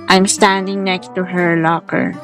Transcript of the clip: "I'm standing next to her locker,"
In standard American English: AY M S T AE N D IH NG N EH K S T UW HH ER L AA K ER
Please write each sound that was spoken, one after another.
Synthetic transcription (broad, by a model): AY M S T AE N D IH NG N EH K S T UW HH ER L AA K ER